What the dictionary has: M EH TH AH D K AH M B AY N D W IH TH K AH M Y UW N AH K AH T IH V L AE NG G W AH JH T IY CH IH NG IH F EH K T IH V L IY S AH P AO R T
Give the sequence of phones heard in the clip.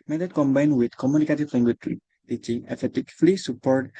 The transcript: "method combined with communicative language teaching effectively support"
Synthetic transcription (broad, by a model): M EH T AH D K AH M B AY N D W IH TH K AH M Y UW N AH K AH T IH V L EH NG G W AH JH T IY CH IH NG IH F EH T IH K L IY S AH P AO R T